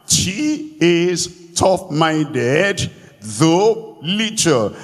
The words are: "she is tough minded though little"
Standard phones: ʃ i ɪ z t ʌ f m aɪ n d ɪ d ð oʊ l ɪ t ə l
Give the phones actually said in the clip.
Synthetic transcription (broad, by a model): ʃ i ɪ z t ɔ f m aɪ n d ɪ d ð oʊ l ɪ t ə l